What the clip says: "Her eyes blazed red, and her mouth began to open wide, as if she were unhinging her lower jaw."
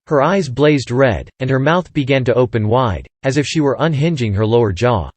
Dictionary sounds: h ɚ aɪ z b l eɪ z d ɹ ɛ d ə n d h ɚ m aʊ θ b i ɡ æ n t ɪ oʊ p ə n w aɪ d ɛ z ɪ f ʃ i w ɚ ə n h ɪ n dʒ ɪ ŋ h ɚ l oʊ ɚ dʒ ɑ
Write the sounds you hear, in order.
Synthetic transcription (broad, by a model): h ɚ aɪ z b l eɪ z d ɹ ɛ d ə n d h ɚ m aʊ θ b i ɡ æ n t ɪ oʊ p ə n w aɪ d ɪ z ɪ f ʃ i w ɚ ə n h ɪ n dʒ ɪ ŋ h ɚ l oʊ ɚ dʒ ɑ